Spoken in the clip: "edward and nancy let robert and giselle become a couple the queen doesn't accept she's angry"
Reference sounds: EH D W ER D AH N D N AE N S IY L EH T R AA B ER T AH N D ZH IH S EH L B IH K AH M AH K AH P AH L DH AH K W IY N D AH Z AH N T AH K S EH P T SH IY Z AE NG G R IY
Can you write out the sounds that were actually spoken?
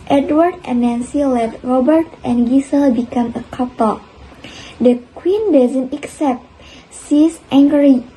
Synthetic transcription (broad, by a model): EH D W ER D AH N N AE N S IY L EH T R AA B ER T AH N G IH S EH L B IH K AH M AH K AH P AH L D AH K W IY N D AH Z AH N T AH K S EH P T S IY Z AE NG G R IY